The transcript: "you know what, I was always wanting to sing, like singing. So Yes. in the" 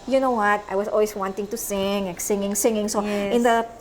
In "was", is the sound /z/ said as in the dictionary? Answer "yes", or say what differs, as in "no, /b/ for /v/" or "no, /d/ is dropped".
no, /s/ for /z/